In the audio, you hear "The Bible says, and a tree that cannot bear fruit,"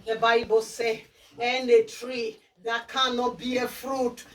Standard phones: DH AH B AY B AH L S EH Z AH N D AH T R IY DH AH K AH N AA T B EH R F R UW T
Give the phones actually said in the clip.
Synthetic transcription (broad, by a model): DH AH B AY B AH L S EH AH N D AH T R IY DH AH K AH N AA T B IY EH F R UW T